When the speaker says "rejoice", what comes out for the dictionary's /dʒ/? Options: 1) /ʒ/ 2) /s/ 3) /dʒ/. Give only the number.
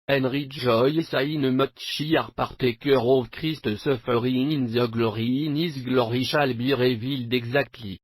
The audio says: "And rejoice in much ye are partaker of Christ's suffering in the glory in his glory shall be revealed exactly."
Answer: 1